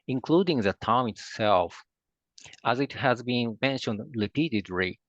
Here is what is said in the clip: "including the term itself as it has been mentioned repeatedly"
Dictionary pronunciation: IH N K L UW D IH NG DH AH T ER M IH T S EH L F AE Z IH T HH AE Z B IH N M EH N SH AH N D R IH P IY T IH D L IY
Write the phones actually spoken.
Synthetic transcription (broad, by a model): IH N K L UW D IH NG DH AH T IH M IH T S EH L F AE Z IH T HH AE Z B IH N M EH N SH AH N D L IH P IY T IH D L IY